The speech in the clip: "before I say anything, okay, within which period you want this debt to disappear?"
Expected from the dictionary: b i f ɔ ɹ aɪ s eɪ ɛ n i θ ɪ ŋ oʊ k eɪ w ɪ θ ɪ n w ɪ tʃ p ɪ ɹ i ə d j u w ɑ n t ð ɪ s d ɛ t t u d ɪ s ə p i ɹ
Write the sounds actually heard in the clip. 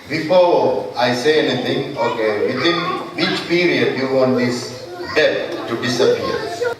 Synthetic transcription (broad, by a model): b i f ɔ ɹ aɪ s eɪ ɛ n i t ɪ ŋ oʊ k eɪ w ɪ t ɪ n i tʃ p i ɹ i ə d j u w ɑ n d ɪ s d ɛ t t u d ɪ s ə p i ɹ